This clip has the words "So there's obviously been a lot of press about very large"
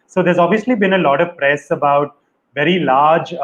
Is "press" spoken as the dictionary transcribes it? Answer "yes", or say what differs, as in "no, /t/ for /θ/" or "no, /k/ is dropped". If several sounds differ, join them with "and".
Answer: yes